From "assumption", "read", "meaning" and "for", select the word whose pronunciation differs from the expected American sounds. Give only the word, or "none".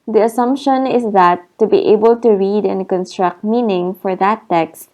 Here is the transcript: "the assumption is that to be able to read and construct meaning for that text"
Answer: none